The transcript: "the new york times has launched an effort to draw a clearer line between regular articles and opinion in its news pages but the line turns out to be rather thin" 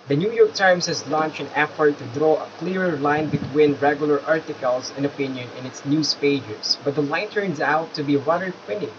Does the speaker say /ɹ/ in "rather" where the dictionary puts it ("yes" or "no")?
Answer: no